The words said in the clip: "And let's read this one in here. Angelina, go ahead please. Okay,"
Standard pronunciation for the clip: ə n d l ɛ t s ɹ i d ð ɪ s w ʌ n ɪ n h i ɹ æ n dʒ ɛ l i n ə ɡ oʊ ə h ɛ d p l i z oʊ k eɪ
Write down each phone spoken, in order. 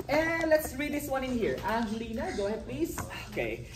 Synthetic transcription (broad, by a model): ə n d l ɛ t s ɹ i d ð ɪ s w ʌ n ɪ n h i ɹ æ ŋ l i n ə ɡ oʊ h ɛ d p l i s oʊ k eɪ